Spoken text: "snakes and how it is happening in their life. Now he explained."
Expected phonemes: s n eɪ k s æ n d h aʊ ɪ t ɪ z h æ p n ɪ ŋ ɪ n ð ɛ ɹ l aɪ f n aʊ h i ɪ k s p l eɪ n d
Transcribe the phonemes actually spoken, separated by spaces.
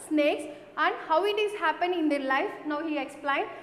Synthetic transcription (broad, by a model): s n eɪ k s æ n d h aʊ ɪ t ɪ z h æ p ɪ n ɪ n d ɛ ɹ l aɪ f n aʊ h i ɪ k s p l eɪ n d